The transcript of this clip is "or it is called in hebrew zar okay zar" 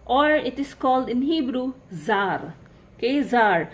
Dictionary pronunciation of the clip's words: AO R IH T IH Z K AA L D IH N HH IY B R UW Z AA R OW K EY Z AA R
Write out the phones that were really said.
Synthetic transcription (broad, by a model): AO R IH T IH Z K AA L D IH N HH IY B R UW Z AA R K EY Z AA R